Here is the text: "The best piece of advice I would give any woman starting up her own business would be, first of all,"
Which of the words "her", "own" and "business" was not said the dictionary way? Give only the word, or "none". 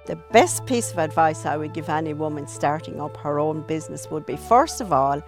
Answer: none